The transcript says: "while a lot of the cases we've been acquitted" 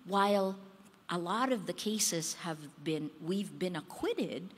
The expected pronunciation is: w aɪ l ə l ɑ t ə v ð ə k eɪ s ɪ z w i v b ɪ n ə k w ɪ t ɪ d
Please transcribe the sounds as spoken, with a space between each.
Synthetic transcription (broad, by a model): w aɪ l ə l ɑ t ə v ð ə k eɪ s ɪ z w i v b ɪ n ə k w ɪ t ɪ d